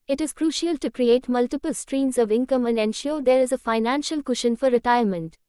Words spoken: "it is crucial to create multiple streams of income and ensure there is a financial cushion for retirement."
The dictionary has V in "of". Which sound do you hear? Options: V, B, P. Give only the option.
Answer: V